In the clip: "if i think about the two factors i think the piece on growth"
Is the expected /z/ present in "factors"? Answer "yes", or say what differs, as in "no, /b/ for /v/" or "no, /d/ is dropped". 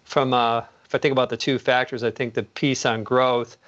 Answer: yes